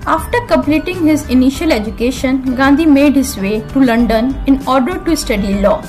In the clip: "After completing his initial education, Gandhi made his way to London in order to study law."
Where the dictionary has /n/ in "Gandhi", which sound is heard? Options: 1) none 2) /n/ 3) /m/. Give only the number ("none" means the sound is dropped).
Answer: 2